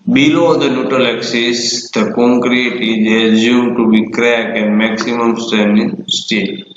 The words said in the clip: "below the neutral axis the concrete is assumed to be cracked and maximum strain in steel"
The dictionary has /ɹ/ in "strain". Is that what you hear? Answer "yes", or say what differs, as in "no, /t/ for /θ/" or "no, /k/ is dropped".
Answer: no, /ɹ/ is dropped